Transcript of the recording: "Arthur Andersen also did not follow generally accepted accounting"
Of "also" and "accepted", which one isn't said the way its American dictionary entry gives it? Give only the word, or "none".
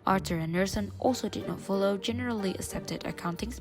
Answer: none